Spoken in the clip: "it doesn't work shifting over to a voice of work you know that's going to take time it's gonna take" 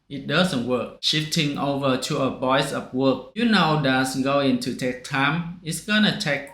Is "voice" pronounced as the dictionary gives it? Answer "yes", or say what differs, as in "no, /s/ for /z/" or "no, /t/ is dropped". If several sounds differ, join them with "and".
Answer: no, /b/ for /v/